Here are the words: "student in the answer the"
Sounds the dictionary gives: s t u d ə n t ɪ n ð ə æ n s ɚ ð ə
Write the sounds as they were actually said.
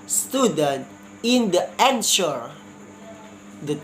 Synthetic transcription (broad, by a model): s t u d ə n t ɪ n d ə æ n ʃ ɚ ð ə